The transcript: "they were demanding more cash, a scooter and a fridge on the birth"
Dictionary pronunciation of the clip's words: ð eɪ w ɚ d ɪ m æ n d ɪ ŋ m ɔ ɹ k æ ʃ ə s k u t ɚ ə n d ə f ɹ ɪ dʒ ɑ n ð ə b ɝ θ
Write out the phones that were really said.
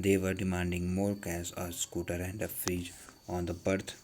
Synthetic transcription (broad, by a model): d eɪ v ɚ d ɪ m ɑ n d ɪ ŋ m ɔ ɹ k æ s ə s k u t ɚ ə n d ə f ɹ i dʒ ɑ n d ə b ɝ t